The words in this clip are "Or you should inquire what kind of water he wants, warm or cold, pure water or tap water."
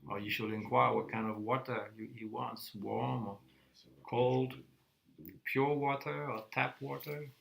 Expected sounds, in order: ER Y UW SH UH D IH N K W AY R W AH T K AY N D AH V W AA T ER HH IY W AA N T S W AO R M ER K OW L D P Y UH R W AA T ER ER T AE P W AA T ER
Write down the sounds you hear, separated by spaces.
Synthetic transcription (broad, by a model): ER Y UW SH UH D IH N K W AY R W AH T K AY N D AH V W AA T ER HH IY W AA N T S W AO R M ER K OW L D P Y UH R W AA T ER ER T AE P W AA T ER